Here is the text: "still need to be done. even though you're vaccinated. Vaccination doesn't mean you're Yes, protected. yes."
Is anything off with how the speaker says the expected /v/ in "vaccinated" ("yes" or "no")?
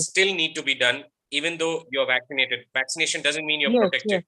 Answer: no